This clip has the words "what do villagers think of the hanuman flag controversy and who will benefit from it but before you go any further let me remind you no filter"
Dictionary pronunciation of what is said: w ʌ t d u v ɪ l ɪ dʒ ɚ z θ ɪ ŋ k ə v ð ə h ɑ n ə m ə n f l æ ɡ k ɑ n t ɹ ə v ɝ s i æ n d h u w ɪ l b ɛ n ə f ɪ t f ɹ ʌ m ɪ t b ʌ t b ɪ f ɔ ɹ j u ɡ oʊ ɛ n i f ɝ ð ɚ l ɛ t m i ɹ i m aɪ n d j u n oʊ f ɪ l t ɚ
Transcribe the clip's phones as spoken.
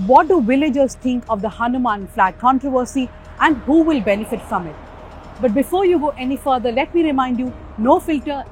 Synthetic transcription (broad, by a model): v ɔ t d u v ɪ l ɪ dʒ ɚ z t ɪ ŋ k ə v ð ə h ɑ n ə m ə n f l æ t k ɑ n t ɹ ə v ɝ s i æ n d h u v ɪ l b ɛ n ə f ɪ t f ɹ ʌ m ɪ t b ʌ t b ɪ f ɔ ɹ j u ɡ oʊ ɛ n i f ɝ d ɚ l ɛ t m i ɹ i m aɪ n d j u n oʊ f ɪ l t ɚ